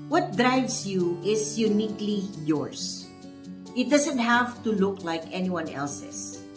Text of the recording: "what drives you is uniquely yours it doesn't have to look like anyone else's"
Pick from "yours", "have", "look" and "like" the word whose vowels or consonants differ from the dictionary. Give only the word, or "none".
yours